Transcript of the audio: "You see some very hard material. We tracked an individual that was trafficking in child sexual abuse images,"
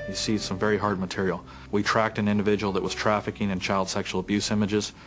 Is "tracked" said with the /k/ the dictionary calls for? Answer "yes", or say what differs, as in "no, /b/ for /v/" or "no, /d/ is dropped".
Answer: yes